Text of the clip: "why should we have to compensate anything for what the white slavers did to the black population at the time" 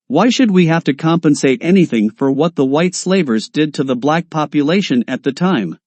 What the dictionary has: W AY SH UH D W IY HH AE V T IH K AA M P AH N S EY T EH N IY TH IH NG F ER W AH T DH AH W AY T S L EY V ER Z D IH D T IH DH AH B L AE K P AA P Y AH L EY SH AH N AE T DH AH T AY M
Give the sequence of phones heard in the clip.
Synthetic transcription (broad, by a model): W AY SH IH D W IY HH AE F T IH K AA M P AH N S EY T EH N IY TH IH NG F ER W AH T DH AH W AY T S L EY V ER Z D IH D T IH DH AH B L AE K P AA P Y AH L EY SH AH N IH T DH AH T AY M